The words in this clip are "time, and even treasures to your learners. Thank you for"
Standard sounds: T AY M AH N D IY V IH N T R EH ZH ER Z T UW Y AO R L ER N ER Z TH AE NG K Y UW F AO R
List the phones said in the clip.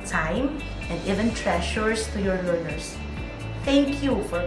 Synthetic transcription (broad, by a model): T AY M AH N D IY V IH N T R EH SH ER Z T UW Y AO R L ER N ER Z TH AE NG K Y UW F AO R